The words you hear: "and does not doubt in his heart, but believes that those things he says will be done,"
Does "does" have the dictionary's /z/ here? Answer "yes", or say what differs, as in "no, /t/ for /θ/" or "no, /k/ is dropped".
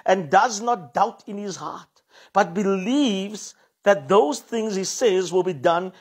yes